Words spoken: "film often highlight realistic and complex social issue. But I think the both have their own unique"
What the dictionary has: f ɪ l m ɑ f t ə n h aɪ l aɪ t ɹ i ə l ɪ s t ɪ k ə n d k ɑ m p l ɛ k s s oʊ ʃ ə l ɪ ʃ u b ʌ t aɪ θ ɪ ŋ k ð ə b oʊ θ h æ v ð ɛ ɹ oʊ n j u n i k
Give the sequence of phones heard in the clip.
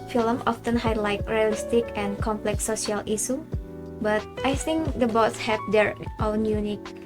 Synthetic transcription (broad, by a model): f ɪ l m ɑ f t ə n h aɪ l aɪ t ɹ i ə l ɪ s t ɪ k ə n k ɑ m p l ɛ k s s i ə l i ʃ u b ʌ t aɪ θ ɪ ŋ k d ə b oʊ s h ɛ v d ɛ ɹ oʊ n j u n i k